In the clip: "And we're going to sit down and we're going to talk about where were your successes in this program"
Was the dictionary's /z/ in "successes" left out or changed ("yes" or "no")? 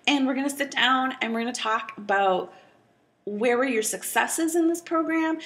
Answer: no